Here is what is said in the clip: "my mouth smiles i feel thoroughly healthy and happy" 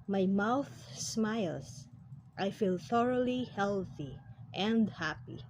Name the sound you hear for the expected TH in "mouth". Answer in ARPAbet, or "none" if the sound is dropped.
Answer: TH